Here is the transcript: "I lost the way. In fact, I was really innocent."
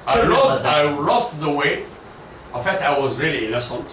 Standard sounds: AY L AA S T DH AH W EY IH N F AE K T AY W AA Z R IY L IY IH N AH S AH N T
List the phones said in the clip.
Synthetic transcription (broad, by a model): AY L AA S T DH AH W EY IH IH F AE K T AY W AA Z R IY L IY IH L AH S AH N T